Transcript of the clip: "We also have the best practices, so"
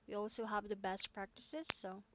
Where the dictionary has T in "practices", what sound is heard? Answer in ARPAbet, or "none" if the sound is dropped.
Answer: T